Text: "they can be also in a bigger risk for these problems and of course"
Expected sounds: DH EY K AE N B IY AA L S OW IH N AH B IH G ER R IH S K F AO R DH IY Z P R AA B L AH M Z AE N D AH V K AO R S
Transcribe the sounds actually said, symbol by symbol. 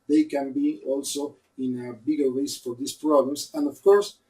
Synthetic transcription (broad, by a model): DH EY K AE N B IY AA L S OW IH N AH B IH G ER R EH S F AO R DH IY S P R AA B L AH M S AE N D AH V K AO R S